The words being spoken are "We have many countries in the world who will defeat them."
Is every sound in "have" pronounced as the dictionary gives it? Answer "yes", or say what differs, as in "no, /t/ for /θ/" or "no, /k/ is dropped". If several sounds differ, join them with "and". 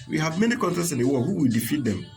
yes